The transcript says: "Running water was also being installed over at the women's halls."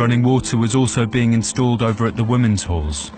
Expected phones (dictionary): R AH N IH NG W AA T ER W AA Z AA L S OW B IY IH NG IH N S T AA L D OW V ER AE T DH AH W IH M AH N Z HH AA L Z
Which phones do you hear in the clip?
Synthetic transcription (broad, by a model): AH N IH NG W AA T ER W AA Z AA L S OW B IY IH NG IH N S T AA L D OW V ER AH T DH AH W IH M AH N Z HH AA L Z